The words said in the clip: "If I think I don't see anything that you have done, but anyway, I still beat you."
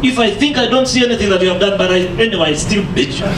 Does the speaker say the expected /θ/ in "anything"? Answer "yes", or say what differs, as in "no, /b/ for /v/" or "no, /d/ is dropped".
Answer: yes